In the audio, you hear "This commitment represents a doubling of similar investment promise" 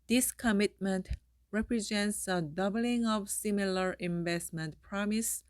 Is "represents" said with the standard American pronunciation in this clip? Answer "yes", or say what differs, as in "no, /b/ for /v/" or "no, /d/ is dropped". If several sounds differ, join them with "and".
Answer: yes